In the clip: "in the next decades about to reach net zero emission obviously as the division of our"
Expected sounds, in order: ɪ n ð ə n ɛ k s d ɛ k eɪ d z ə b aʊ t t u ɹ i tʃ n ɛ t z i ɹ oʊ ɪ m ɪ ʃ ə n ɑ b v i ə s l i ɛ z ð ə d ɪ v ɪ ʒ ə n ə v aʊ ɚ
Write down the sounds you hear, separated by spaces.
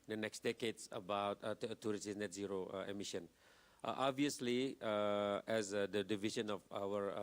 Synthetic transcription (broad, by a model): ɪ n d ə n ɛ k s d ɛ k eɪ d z ə b aʊ t t u ɹ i s n ɛ t z i ɹ oʊ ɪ m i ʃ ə n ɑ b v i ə s l i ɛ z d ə d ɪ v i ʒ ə n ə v aʊ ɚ